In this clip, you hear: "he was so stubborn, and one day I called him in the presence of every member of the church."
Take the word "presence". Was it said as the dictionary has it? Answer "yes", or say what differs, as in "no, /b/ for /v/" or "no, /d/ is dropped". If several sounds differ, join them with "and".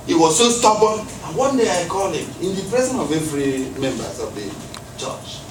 no, /s/ is dropped